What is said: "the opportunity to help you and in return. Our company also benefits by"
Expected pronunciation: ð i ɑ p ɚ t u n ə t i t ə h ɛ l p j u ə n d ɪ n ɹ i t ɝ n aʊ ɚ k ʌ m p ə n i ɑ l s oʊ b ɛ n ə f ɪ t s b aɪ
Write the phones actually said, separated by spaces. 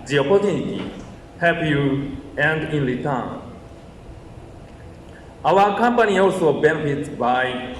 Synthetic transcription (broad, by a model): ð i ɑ p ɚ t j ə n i t ə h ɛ p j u ə n d ɪ n l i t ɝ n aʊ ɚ k ʌ m p ə n i ɑ l s oʊ b ɛ n ə f ɪ t s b aɪ